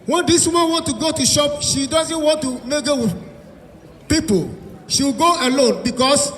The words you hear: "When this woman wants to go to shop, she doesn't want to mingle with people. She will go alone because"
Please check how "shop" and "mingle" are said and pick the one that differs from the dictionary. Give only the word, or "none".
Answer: mingle